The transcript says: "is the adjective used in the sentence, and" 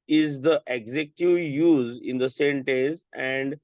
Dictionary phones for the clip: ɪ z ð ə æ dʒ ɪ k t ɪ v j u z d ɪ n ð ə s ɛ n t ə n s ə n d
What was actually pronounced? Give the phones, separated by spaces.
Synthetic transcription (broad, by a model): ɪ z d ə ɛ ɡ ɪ k t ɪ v j u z ɪ n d ə s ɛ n t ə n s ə n d